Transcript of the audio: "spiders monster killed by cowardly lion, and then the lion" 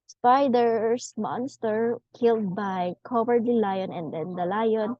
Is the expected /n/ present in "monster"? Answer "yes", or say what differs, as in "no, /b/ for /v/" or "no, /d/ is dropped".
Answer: yes